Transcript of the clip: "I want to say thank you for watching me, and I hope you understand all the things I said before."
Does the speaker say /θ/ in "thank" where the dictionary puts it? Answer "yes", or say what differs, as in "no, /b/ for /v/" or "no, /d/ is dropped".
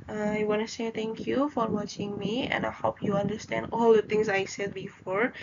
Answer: no, /t/ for /θ/